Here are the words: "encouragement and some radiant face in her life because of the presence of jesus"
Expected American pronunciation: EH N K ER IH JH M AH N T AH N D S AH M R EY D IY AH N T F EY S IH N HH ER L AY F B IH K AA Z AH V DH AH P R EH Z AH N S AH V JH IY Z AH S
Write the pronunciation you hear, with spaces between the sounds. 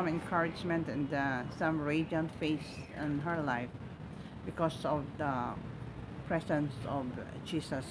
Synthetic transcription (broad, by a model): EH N K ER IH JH M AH N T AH N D S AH M R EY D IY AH N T F EY S IH N HH ER L AY F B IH K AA S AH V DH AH P R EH S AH N S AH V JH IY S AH S